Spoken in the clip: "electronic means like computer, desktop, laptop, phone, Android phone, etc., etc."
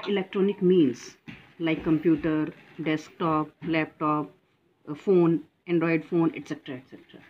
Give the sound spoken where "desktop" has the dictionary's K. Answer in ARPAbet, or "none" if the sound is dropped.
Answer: K